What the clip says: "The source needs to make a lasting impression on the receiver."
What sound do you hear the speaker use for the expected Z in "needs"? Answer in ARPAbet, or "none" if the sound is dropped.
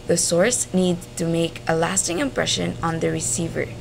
none